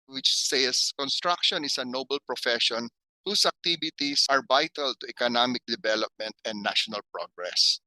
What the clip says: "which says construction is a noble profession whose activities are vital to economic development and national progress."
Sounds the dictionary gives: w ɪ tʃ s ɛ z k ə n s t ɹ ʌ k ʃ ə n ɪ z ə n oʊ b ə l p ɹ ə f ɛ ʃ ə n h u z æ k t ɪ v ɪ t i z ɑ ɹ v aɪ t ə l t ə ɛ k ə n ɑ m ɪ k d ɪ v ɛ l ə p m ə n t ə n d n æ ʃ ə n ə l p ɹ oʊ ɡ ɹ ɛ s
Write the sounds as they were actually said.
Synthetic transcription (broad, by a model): w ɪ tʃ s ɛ s k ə n s t ɹ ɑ k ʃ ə n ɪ s ə n oʊ b ə l p ɹ ə f ɛ ʃ ə n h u s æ k t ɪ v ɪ t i s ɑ ɹ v aɪ t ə l t ə ɛ k ə n ɑ m ɪ k d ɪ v ɛ l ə p m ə n t ə n d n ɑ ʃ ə n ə l p ɹ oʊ ɡ ɹ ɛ s